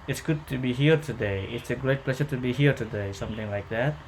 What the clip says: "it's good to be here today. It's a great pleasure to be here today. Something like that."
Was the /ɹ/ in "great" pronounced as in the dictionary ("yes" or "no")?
yes